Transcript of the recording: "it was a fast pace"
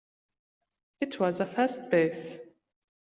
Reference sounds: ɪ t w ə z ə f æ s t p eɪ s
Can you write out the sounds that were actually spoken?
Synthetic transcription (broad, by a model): ɪ t w ə z ə f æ s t b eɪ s